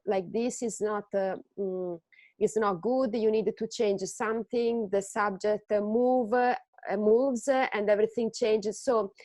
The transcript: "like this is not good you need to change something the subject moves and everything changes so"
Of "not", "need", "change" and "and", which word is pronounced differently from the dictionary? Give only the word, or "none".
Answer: none